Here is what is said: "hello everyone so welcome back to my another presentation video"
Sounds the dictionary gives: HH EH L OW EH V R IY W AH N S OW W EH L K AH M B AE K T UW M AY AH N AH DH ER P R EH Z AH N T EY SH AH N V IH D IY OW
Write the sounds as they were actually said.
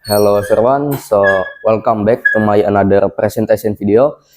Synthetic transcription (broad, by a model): HH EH L OW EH R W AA N S OW W EH L K AH M B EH K T UW M AY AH N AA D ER P R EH S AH N T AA S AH N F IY D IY OW